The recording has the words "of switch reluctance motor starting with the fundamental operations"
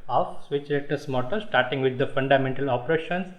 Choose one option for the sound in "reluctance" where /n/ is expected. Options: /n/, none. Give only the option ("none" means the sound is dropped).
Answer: none